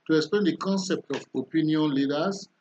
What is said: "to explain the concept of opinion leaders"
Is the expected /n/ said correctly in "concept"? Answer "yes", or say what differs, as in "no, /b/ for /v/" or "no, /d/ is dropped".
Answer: yes